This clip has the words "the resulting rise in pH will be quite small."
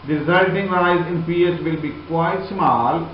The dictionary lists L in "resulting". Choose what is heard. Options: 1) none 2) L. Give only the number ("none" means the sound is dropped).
1